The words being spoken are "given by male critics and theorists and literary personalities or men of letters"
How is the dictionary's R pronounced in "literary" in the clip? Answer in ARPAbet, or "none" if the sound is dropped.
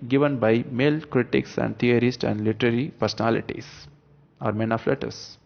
R